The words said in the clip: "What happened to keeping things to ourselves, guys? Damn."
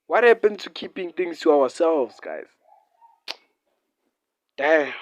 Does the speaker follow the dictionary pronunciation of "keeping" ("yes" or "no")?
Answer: yes